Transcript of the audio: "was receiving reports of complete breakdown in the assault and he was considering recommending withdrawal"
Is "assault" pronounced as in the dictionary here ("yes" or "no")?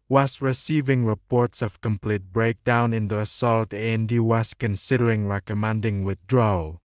yes